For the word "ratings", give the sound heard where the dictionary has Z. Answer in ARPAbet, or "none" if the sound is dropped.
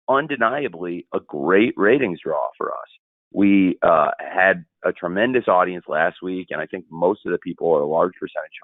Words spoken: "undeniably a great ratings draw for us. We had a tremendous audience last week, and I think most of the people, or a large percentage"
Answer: Z